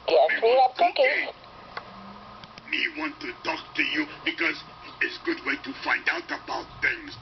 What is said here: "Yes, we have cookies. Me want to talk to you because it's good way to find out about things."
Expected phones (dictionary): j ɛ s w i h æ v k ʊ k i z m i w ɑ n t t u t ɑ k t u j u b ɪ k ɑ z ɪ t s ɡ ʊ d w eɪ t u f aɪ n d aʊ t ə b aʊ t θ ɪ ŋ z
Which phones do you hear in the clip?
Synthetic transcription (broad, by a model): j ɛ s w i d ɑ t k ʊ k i m i w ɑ n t t u t ɑ k t u j u b ɪ k ɑ z ɪ t s ɡ ʊ d w eɪ t u f aɪ n d aʊ t ə b aʊ t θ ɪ ŋ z